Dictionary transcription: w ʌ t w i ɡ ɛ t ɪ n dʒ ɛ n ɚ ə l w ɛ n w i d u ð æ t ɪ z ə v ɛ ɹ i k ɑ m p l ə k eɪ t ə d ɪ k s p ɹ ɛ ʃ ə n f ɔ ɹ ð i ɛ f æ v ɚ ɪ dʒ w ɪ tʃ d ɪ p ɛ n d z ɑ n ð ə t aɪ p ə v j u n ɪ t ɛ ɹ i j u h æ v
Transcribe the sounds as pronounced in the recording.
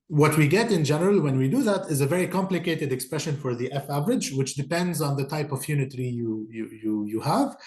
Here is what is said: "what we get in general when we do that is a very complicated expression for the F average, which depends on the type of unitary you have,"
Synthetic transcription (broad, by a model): w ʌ t w i ɡ ɛ t ɪ n dʒ ɛ n ɚ ə l w ɛ n w i d u ð æ t ɪ z ə v ɛ ɹ i k ɑ m p l ə k eɪ t ə d ɪ k s p ɹ ɛ ʃ ə n f ɔ ɹ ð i ɛ f æ v ɚ ɪ dʒ w ɪ tʃ d ɪ p ɛ n d z ɑ n ð ə t aɪ p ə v j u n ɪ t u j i j u h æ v